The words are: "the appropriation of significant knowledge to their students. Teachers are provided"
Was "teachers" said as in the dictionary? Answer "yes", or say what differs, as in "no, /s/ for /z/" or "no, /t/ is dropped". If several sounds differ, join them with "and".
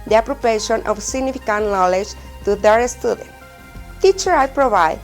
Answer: no, /z/ is dropped